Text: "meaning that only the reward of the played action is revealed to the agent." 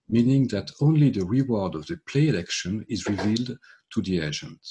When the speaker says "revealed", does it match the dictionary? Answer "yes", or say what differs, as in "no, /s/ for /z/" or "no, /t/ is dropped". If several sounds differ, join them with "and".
yes